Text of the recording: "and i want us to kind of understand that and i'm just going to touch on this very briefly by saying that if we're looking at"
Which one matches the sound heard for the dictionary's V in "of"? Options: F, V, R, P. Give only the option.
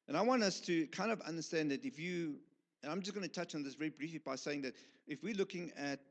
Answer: V